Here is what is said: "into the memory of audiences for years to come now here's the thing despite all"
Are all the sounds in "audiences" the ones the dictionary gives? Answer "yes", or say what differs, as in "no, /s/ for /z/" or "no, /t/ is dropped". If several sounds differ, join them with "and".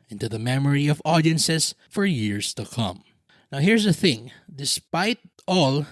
no, /s/ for /z/